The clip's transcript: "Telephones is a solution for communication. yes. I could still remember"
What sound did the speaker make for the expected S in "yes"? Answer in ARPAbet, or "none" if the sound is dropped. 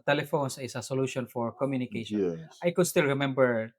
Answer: none